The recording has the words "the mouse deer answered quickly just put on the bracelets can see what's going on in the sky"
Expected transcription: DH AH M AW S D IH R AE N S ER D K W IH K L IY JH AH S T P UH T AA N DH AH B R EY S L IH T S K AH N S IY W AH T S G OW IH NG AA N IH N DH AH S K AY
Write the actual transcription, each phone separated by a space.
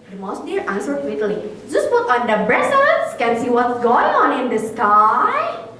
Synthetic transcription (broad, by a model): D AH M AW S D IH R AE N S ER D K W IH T L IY JH AH S T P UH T AA N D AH B R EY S IH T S K AH N S IY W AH T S G OW IH NG AA N IH N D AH S K AY